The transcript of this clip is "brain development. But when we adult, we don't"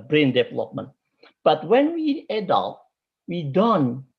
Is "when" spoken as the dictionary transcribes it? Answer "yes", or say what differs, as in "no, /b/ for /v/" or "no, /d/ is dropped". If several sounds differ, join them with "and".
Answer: yes